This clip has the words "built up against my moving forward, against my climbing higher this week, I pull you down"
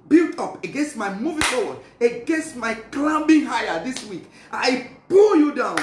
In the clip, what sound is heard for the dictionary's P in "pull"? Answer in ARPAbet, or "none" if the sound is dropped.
B